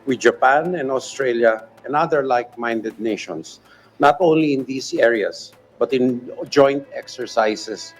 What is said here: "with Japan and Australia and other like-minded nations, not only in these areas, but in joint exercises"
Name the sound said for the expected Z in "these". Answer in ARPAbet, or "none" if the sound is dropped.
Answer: S